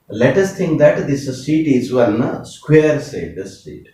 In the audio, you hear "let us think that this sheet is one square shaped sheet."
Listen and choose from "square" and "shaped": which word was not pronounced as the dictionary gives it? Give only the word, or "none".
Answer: shaped